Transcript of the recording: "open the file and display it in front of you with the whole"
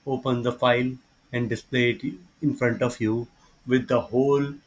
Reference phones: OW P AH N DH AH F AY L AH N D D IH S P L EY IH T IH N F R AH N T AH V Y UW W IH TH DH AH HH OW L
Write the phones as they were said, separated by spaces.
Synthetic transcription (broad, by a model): OW P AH N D AH F AY L AH N D D IH S P L EY IH T IH N F R AH N T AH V Y UW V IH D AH HH OW L